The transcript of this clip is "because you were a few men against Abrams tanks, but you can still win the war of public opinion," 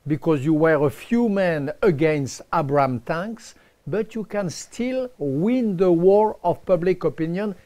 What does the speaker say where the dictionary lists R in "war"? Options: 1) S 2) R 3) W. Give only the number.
2